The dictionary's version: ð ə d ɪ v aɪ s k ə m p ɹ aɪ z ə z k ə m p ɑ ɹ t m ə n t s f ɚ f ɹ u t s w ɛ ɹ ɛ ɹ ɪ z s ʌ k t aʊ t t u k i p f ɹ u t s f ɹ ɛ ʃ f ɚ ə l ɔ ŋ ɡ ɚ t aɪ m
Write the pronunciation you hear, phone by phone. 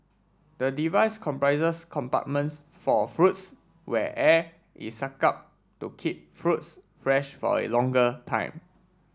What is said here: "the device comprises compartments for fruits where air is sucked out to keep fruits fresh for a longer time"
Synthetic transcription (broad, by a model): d ə d ɪ v aɪ s k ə m p ɹ aɪ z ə s k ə m p ɑ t m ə n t s f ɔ f ɹ u t s w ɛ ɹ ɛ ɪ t s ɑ k aʊ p t u k i p f ɹ u t s f ɹ ɛ ʃ f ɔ ə l ɔ ŋ ɡ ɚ t aɪ m